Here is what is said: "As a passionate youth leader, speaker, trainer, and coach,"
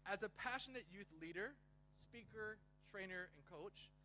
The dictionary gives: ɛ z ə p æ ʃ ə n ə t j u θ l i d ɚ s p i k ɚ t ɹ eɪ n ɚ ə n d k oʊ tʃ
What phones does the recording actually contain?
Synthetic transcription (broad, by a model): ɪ z ə p æ ʃ ə n ə t j u θ l i d ɚ s p i k ɚ t ɹ eɪ n ɚ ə n k oʊ tʃ